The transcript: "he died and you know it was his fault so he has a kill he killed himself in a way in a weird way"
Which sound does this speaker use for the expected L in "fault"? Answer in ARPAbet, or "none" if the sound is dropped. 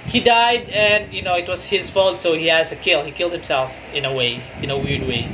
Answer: L